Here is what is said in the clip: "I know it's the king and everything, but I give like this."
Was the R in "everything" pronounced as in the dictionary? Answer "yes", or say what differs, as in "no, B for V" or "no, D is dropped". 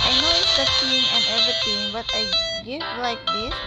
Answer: no, R is dropped